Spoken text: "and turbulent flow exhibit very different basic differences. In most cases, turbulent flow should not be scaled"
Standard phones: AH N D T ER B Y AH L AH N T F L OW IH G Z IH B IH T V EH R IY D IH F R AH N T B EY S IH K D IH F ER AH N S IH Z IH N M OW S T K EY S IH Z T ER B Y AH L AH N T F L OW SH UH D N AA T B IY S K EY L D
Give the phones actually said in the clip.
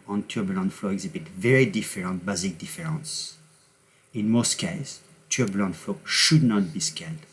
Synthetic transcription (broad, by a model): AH N T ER B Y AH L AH N F L OW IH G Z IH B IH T V EH R IY D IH F R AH N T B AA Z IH K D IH F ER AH N S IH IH N M OW S T K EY IH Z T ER B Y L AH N F L OW SH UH D N AA T B IY S K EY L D